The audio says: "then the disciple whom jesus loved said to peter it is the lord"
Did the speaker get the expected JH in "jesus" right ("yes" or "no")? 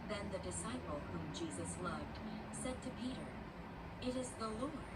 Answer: yes